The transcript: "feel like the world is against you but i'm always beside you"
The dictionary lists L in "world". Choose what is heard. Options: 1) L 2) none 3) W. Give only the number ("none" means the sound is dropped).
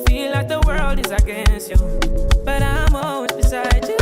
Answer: 1